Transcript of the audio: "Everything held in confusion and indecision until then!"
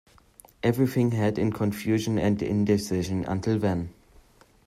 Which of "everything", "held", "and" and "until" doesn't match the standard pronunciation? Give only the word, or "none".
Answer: held